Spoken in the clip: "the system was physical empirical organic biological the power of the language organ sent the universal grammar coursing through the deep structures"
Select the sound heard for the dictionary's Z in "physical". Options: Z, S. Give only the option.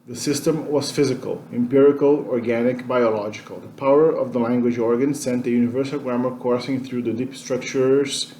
Z